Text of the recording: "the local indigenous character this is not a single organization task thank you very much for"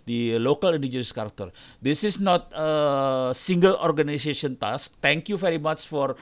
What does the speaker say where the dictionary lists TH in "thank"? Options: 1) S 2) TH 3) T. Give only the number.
3